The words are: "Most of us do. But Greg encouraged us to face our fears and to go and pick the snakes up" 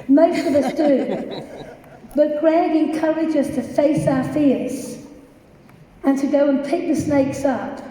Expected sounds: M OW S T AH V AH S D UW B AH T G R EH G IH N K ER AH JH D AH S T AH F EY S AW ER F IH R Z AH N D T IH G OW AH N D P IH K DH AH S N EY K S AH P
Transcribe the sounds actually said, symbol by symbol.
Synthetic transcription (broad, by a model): M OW S T AH V AH S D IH B AH T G R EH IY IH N K ER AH JH AH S T AH F EY S AW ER F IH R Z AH N T IH G OW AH N P IH K DH AH S N EY K S AH P